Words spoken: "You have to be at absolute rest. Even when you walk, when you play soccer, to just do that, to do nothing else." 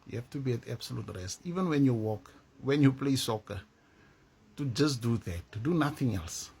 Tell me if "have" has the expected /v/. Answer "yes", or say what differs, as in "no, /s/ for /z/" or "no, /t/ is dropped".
no, /f/ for /v/